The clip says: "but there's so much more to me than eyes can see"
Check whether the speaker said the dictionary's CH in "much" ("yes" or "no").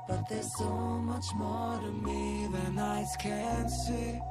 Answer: yes